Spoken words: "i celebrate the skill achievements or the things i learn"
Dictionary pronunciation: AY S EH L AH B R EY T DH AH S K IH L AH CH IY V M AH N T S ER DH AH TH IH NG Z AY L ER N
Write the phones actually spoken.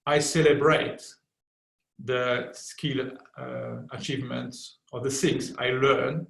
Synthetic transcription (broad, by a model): AY S EH L AH B R EY T DH AH S K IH L AH CH IY V M AH N T S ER DH AH S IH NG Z AY L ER N